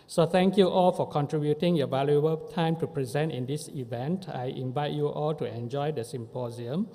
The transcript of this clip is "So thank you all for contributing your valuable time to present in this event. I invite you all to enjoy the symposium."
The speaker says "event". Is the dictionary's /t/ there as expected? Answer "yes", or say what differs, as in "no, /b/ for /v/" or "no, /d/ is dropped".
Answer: yes